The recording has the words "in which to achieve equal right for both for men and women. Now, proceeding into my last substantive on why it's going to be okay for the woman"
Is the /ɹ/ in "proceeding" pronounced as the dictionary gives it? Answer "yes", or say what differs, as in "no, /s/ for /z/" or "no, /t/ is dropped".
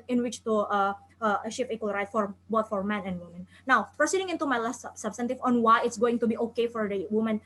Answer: no, /ɹ/ is dropped